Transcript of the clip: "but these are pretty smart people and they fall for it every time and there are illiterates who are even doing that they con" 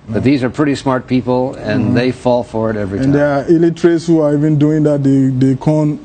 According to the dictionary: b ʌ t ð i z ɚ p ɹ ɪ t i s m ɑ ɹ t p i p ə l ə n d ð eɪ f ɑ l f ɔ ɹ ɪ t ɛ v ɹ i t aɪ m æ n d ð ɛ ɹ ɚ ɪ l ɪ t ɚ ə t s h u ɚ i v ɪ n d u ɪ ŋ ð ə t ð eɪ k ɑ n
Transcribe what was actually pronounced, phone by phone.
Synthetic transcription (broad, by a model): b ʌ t ð i z ɚ p ɹ ɪ t i s m ɑ ɹ t p i p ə l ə n ð eɪ f ɑ l f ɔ ɹ ɪ t ɛ v ɹ i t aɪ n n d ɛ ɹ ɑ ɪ l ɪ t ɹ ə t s h u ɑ i v ɪ n d u ɪ ŋ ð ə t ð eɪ k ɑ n